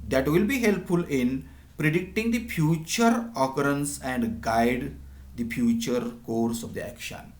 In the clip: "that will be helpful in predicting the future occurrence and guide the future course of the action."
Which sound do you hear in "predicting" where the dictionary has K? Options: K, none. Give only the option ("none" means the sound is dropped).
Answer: K